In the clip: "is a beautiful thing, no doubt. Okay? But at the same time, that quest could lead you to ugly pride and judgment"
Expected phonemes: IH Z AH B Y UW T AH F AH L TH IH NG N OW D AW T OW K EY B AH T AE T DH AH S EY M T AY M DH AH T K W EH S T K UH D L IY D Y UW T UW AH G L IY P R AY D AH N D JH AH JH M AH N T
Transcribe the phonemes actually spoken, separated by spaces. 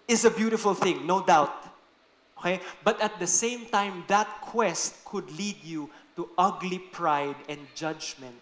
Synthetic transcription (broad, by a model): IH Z AH B Y UW T AH F AH L TH IH NG N OW D AW T OW K EY B AH T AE T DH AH S EY M T AY M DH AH T K W EH S T K UH D L IY D Y UW T UW AH G L IY P R AY D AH N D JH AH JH M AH N T